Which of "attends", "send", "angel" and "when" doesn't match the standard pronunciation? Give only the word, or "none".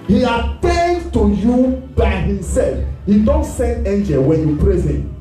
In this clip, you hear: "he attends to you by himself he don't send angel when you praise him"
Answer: attends